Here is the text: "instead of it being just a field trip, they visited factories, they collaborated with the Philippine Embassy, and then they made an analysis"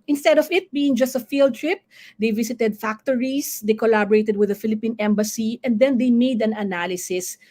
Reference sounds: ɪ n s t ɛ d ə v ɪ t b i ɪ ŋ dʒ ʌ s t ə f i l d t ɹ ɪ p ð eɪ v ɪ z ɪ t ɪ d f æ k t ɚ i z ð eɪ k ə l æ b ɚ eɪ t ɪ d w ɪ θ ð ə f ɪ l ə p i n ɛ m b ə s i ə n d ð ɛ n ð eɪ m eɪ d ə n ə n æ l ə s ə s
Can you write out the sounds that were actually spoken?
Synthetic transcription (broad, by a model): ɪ n s t ɛ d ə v ɪ t b i ɪ ŋ dʒ ʌ s t ə f i l d t ɹ ɪ p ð eɪ v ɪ s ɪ t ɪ d f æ k t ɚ i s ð eɪ k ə l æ b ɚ eɪ t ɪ d w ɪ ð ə f ɪ l ə p i n ɛ m b ə s i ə n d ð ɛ n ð eɪ m eɪ d ə n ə n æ l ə s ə s